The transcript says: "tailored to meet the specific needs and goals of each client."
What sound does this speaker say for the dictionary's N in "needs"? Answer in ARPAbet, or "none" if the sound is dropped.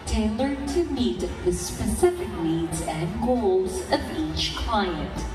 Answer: L